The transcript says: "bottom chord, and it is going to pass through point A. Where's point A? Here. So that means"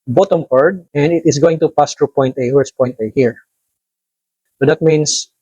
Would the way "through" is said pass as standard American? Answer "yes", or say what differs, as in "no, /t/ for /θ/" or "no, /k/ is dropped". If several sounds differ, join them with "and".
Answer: no, /t/ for /θ/